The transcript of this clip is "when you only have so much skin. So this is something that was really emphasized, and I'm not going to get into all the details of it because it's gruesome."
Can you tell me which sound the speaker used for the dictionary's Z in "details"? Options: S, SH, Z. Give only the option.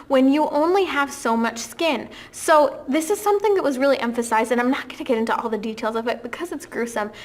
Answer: Z